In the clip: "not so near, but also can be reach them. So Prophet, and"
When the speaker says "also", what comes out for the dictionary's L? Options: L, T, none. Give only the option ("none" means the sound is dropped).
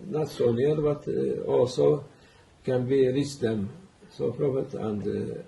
none